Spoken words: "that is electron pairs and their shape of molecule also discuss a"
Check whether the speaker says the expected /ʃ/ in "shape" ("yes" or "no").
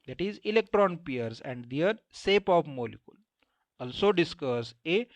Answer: no